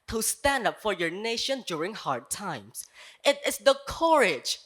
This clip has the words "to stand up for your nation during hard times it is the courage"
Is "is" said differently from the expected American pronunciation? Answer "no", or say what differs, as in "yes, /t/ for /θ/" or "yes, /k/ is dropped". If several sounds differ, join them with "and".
yes, /s/ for /z/